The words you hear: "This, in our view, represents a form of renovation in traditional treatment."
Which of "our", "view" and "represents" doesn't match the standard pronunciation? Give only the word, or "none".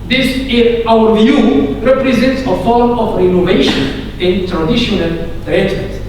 none